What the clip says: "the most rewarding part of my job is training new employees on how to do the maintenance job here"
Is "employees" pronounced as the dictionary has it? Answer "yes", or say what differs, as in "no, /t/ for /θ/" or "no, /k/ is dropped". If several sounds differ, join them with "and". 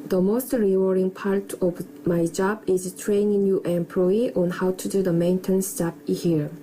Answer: no, /z/ is dropped